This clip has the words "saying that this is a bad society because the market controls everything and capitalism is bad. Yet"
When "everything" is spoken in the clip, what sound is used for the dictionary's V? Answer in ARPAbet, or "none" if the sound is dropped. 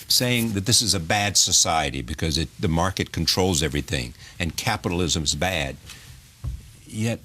V